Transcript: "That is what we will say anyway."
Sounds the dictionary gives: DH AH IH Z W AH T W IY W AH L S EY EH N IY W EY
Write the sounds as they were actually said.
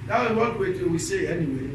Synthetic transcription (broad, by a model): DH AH IH Z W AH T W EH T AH W S EY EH N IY W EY